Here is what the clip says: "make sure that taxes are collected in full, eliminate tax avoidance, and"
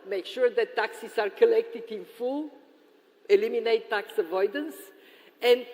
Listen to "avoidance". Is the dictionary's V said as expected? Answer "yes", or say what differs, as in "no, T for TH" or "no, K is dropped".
yes